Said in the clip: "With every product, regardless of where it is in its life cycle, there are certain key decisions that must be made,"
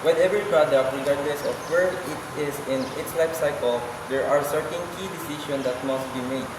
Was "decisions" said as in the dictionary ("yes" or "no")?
no